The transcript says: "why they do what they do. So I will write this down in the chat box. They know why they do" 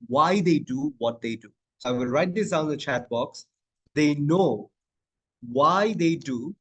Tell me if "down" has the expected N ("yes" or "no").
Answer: no